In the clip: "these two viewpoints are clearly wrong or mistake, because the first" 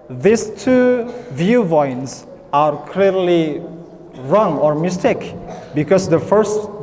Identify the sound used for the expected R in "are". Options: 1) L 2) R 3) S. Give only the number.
2